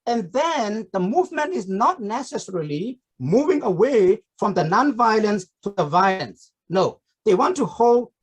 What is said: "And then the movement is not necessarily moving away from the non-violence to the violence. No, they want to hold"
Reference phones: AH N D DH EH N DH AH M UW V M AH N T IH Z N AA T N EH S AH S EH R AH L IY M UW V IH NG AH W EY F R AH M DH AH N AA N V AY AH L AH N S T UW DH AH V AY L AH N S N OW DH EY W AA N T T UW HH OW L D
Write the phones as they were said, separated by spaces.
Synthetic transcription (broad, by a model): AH N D DH EH N DH AH M UW V M AH N T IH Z N AA T N EH S AH S EH R AH L IY M UW V IH NG AH W EY F R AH M DH AH N AA N V AY AH L AH N S T UW DH AH V AY L AH N S N OW DH EY W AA N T T UW HH OW L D